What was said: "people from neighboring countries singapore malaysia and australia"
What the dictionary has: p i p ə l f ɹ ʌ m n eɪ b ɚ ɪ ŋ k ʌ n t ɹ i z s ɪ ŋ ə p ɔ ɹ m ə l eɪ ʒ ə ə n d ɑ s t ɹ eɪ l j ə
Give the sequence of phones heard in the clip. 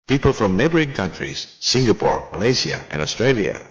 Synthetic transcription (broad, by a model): p i p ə l f ɹ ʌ m n eɪ b ɚ ɪ ŋ k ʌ n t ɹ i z s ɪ ŋ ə p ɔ ɹ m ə l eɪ s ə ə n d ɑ s t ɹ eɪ l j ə